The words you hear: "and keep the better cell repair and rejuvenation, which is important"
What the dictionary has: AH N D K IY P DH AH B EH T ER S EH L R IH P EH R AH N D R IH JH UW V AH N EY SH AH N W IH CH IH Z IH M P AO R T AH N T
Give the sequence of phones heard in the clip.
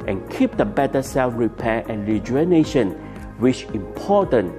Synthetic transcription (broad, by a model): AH N K IY P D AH B EH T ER S EH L R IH P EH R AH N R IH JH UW AH N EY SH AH N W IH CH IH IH M P AO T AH N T